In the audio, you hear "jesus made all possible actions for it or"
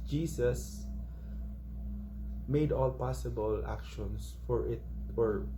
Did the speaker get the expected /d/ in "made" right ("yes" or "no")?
yes